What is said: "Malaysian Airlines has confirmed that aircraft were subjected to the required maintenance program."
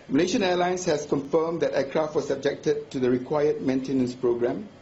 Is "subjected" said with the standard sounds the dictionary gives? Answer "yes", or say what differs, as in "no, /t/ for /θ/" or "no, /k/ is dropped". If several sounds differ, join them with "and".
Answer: yes